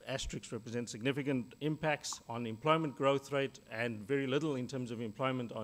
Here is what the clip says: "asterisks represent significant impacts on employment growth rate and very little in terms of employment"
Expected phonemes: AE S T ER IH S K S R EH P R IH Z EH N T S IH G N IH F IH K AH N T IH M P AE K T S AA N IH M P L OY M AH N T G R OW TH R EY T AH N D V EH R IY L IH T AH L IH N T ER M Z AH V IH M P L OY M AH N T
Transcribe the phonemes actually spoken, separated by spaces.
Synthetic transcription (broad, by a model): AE S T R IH K S R EH P R IH Z EH N T S IH G N IH F IH K AH N T IH M P AE K T S N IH M P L OY M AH N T G R OW TH R EY T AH N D V EH R IY L IH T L IH N T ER M Z AH V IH M P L OY M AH N T